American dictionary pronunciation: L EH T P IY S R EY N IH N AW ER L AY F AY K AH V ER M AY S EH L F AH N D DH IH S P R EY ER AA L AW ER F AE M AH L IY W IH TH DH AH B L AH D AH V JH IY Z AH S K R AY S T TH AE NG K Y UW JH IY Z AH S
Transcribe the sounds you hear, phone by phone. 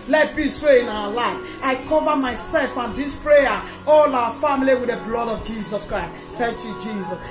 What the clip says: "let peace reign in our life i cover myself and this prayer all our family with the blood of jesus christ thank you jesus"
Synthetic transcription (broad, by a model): L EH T B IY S W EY IH N AW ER L AY F AY K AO V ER M AY S EH L F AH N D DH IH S P R EY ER AA L AW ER F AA M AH L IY W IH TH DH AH B L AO D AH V JH IY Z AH S K R AY S T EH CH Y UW JH IY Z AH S